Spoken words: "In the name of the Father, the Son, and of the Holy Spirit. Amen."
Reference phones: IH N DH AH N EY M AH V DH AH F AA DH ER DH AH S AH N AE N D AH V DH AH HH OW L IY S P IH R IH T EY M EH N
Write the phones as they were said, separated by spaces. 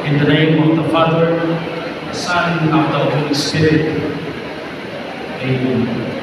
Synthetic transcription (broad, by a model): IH N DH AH N EY M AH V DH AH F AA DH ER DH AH S AH N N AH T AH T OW IY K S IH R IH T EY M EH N